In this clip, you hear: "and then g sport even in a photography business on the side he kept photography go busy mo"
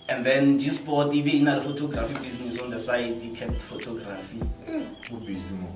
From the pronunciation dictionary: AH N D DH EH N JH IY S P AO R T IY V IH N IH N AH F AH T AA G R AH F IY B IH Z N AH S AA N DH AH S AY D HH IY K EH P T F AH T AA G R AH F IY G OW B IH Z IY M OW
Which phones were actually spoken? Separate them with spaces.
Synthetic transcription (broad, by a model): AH N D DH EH N JH IY S P AO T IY B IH N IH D AH F AH T AA G R AH F IY B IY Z N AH S AA N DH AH S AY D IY K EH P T F AH T AA G R AH F IY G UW B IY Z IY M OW